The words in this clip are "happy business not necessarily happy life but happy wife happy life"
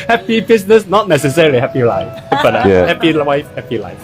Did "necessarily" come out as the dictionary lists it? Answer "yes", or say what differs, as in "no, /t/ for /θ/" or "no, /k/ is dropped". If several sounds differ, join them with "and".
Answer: yes